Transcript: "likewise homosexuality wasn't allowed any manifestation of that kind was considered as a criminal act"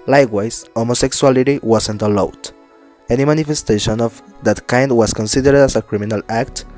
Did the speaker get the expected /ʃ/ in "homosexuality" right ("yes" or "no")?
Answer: no